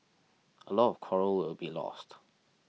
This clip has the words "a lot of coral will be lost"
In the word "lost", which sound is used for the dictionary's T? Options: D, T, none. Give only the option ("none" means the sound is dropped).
T